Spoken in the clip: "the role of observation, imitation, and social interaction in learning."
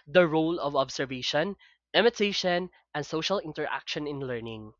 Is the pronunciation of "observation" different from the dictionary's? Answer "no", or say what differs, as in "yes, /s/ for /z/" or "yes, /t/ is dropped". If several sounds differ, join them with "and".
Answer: yes, /s/ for /z/